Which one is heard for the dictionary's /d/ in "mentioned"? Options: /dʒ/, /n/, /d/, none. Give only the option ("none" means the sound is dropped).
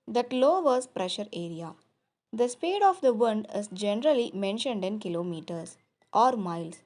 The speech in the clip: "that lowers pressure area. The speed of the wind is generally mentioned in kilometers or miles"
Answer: /d/